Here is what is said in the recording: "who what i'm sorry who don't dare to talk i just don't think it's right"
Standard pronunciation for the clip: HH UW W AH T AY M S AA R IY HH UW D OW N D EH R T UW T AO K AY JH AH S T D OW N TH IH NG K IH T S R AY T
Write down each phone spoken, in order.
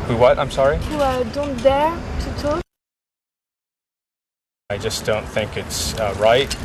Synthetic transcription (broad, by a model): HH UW W AH T AY M S AA R IY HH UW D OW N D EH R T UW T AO AY JH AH S D OW N TH IH NG K IH T S R AY T